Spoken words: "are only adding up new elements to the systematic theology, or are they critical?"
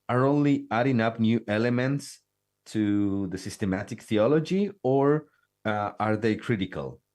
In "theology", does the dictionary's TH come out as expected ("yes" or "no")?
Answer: yes